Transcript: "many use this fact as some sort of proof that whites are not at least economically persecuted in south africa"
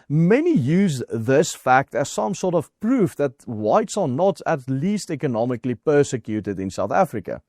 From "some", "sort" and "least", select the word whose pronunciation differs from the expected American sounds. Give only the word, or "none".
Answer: none